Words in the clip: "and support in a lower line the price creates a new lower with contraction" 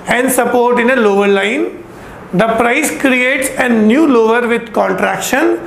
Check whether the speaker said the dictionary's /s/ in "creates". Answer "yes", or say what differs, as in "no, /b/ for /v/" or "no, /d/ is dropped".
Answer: yes